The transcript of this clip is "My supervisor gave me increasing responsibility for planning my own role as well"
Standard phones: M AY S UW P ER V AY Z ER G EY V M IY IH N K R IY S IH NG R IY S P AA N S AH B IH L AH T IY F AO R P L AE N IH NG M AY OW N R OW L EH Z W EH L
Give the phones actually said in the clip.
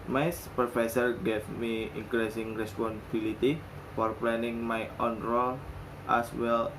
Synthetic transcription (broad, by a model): M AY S P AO F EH S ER G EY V M IY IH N K R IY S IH NG R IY S P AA N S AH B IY L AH T IY F AO R P L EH N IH NG M AY OW N R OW L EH S W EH L